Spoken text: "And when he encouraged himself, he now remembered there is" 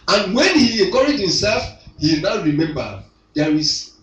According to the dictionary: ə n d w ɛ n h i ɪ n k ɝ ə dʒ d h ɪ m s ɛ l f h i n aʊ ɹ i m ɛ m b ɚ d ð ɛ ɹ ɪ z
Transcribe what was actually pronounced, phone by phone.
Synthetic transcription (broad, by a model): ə n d w ɛ n h i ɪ k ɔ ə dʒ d h ɪ m s ɛ l f h i n aʊ ɹ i m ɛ m b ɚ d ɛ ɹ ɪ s